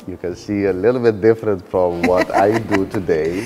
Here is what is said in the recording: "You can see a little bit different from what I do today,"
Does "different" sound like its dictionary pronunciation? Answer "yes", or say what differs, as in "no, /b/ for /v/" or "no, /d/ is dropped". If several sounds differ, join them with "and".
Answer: yes